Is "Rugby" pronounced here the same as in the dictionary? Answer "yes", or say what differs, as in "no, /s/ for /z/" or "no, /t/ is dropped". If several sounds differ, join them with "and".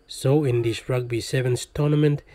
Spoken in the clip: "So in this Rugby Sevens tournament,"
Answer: yes